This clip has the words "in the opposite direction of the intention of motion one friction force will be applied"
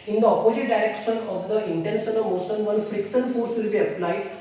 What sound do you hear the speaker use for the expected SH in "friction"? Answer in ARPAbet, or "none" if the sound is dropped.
S